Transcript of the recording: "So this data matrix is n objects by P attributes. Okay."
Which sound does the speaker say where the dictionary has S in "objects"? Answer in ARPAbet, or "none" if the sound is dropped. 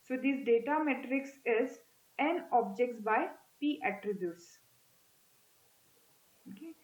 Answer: none